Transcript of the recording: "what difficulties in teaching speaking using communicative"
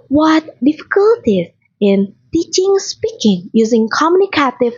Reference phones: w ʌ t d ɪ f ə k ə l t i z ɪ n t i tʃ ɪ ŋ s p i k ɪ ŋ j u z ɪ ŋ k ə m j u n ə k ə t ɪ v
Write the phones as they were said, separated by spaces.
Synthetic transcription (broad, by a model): w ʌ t d ɪ f ə k ə l t i z ɪ n t i tʃ ɪ ŋ s p i k ɪ ŋ j u z ɪ ŋ k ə m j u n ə k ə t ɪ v